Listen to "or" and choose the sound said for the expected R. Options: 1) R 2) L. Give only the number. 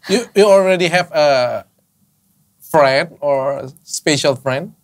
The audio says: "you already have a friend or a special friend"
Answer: 1